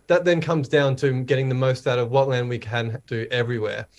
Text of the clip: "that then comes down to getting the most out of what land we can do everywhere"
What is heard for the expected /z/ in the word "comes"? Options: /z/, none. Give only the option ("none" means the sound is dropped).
/z/